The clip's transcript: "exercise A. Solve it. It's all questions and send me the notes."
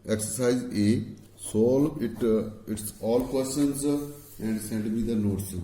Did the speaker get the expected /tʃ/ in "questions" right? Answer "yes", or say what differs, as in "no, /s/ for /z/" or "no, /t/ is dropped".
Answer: no, /tʃ/ is dropped